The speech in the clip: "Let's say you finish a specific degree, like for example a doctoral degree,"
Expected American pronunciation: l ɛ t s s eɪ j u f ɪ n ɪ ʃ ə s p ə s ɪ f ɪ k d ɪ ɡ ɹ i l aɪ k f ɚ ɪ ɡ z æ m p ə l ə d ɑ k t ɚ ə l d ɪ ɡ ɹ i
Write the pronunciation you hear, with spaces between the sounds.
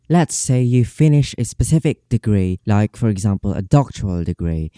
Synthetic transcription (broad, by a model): l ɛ t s s eɪ j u f ɪ n ɪ ʃ ə s p ə s ɪ f ɪ k d ɪ ɡ ɹ i l aɪ k f ɚ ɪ ɡ z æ m p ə l ə d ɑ k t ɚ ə l d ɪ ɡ ɹ i